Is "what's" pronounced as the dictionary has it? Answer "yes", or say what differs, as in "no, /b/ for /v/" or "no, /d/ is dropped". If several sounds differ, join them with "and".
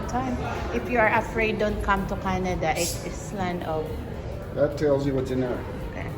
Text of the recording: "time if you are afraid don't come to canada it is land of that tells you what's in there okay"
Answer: no, /s/ is dropped